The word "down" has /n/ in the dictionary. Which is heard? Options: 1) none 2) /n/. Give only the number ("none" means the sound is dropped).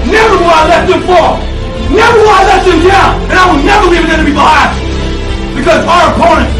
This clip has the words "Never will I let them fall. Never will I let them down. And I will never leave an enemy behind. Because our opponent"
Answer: 1